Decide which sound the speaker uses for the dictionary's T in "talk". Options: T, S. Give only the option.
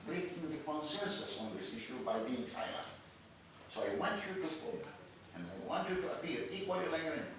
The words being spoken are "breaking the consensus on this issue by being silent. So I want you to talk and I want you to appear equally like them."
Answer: S